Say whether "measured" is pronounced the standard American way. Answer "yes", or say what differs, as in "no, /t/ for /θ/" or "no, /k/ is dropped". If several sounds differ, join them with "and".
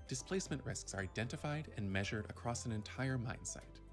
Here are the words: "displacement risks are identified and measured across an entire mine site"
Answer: yes